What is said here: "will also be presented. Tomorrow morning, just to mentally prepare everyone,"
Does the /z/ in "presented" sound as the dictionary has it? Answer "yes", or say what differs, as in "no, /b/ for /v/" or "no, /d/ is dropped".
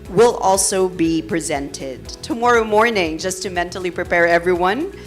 yes